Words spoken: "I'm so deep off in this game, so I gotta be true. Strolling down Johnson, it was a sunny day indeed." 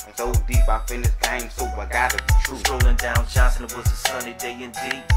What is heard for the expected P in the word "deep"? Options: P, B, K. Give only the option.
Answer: B